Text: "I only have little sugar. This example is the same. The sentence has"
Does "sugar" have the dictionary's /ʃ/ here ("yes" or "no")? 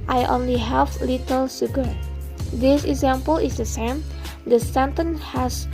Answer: no